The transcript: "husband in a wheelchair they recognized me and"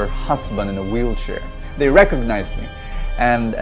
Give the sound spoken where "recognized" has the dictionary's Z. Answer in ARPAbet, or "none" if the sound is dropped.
Z